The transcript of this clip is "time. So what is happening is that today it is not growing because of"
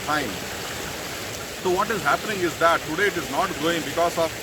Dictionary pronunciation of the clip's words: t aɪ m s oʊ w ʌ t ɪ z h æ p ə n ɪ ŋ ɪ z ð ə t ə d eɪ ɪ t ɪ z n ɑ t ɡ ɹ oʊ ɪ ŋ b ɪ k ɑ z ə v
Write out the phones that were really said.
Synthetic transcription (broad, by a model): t aɪ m s oʊ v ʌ t ɪ z h æ p ə n ɪ ŋ ɪ z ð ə t ə d eɪ ɪ t ɪ z n ɑ t ɡ oʊ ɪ ŋ b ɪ k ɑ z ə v